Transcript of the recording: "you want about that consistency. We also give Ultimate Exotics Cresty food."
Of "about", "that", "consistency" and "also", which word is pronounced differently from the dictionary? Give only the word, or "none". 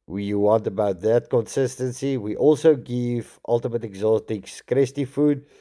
none